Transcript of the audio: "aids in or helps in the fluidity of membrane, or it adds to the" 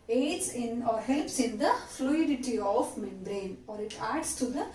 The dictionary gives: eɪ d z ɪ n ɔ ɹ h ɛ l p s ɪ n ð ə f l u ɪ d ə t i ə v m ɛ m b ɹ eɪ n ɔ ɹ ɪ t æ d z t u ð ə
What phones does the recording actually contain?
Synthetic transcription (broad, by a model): eɪ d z ɪ n ɔ ɹ h ɛ l p s ɪ n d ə f l u ɪ d ə t i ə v m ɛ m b ɹ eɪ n ɔ ɹ ɪ t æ d s t u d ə